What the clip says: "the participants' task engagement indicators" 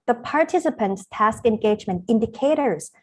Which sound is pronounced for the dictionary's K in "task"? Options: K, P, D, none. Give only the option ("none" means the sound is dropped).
K